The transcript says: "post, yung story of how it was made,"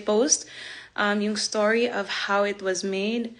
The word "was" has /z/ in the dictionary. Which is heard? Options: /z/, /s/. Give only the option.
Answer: /z/